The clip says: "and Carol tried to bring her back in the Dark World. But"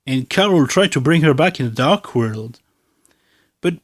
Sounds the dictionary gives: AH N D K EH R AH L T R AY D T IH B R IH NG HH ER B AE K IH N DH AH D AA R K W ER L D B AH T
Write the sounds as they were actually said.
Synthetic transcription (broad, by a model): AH N K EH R L T R AY D T IH B R IH NG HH ER B AE K IH N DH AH D AA R K W ER L D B AH T